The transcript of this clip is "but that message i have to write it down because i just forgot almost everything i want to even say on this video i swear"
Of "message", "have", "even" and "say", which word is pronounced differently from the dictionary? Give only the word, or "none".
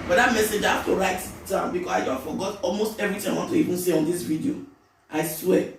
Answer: have